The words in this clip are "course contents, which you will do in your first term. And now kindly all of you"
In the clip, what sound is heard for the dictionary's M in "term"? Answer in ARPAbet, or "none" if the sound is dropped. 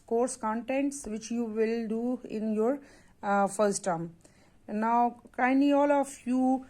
none